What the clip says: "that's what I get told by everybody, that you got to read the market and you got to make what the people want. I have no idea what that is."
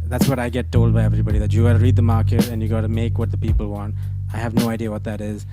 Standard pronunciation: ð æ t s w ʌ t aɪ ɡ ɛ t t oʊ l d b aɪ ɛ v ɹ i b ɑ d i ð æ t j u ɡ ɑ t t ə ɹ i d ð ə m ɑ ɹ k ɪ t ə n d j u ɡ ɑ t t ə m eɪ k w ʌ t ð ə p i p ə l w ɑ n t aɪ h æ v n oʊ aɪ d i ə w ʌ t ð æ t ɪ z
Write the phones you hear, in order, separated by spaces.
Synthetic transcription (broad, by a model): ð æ t s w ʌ t aɪ ɡ ɛ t t oʊ l d b aɪ ɛ v ɹ i b ɑ d i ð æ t j u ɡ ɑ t t ə ɹ i d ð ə m ɑ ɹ k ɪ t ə n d j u ɡ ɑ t t ə m eɪ k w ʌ t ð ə p i p ə l w ɑ n t aɪ h æ v n oʊ aɪ d i ə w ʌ t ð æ t ɪ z